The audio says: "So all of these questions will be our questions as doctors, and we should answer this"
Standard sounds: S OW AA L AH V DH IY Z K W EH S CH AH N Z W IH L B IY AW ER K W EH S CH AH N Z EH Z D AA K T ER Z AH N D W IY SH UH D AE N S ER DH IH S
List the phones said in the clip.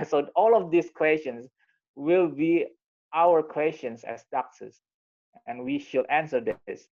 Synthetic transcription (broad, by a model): S OW AA L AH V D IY S K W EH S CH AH N S W IH L B IY AW ER K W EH S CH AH N S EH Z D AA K S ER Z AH N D W IY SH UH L AE N S ER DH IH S